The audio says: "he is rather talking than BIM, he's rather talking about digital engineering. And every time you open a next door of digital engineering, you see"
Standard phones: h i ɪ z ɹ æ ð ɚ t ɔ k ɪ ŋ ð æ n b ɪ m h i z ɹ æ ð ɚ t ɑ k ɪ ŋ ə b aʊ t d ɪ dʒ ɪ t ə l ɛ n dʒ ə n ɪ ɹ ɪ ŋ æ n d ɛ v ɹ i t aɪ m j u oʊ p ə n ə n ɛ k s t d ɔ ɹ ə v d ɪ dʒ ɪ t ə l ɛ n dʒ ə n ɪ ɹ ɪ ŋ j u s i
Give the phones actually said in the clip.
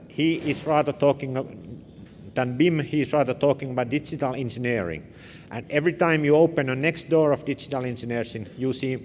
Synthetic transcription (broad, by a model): h i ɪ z ɹ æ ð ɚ t ɔ k ɪ ŋ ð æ n b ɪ m h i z ɹ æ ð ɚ t ɑ k ɪ ŋ ə b aʊ t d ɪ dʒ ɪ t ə l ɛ n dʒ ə n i ɹ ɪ ŋ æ n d ɛ v ɹ i t aɪ m j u oʊ p ə n ə n ɛ k s t d ɔ ɹ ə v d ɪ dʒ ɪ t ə l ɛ n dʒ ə n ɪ ɹ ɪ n j u s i